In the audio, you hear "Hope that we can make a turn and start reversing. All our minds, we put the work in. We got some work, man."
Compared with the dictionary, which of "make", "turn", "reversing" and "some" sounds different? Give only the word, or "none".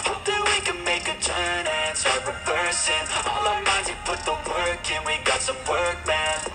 reversing